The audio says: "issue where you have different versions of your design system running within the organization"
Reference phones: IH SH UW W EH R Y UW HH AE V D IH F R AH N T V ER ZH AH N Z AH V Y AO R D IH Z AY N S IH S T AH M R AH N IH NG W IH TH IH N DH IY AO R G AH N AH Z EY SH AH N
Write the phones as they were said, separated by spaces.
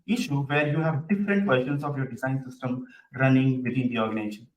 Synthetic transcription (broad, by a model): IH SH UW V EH R Y UW HH AE V D IH F R AH N T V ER SH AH N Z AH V Y AO R D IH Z AY N S IH S T AH M R AH N IH NG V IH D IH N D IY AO R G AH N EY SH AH N